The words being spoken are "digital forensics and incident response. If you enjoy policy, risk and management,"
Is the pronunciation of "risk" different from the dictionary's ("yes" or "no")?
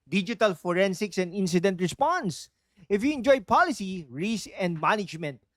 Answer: yes